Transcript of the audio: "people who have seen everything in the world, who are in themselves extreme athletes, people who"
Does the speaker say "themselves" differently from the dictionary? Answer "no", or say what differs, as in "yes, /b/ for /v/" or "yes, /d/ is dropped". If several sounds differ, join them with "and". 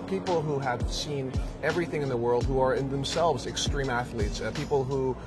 no